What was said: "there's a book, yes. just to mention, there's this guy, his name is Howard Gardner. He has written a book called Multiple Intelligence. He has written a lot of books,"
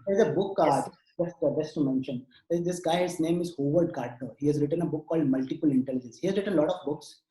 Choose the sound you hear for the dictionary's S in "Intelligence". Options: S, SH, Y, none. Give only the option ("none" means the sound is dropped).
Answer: S